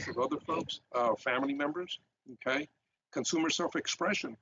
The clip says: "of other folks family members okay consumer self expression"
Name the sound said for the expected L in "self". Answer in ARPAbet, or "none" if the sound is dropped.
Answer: L